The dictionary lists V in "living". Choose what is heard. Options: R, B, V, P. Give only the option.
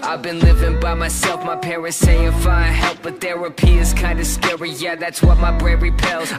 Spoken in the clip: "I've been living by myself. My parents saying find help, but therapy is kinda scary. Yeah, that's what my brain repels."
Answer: V